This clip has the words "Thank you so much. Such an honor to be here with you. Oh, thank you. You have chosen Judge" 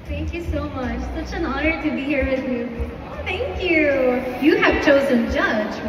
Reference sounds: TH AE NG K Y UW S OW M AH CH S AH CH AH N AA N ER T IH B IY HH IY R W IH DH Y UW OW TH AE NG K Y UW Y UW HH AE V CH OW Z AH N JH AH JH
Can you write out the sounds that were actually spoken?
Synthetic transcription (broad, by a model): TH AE NG K Y UW S OW M AH CH S AH CH AH N AA N ER T IH B IY HH IY R W IH DH Y UW OW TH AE NG K Y UW Y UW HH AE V CH OW Z AH N JH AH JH